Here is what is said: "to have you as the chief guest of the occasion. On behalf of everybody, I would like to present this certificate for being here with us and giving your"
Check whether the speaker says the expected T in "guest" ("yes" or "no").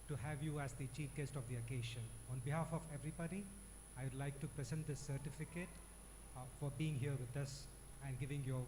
yes